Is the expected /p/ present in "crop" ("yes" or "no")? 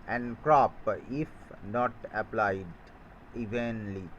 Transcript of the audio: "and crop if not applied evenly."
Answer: yes